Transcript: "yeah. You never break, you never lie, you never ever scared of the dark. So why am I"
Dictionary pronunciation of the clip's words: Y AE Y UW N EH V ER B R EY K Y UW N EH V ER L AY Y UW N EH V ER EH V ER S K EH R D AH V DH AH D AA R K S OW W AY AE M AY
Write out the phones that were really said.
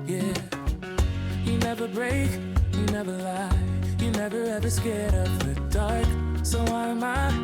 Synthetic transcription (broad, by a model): Y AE Y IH N EH V ER B R EY K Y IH N EH V ER L AY Y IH N EH V ER EH V ER S K EH R D AH P DH AH D AA R K S OW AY M AY